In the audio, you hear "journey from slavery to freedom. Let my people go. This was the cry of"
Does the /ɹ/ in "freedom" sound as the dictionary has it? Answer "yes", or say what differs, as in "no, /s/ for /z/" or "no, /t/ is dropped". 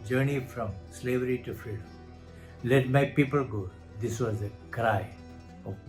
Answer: no, /ɹ/ is dropped